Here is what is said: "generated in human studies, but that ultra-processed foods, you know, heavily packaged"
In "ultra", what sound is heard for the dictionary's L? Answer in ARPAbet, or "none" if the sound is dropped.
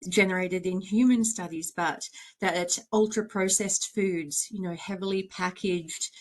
L